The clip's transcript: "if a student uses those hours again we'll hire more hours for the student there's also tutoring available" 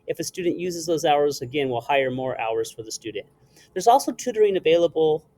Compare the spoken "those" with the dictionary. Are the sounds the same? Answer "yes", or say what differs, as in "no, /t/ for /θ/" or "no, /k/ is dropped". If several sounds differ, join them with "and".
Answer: yes